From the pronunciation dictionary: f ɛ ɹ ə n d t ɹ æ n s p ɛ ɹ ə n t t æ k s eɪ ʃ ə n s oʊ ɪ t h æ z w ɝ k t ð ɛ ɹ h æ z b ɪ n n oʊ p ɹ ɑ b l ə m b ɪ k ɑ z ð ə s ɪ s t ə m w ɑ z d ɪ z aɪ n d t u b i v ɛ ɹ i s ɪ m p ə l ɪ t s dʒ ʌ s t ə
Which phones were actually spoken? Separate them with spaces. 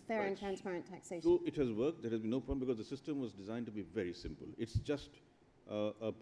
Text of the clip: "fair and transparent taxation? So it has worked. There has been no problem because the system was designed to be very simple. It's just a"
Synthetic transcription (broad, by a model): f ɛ ɹ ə n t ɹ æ n s p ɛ ɹ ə n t t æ k s eɪ ə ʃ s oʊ ɪ t h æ z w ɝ k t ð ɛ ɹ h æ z b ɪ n n oʊ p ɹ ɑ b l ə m b ɪ k ɑ z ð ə s ɪ s t ə m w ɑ z d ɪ z aɪ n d t u b i v ɛ ɹ i s ɪ m p ə l ɪ t s dʒ ʌ s t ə